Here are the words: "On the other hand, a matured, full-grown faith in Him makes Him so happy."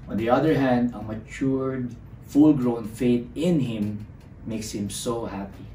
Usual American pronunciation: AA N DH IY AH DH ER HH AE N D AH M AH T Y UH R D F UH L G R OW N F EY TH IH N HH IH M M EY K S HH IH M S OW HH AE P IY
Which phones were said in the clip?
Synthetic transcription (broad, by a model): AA N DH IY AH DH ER HH AE N D AH M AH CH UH R D F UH L G R OW N F EY T IH N HH IH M M EY K S HH IH M S OW HH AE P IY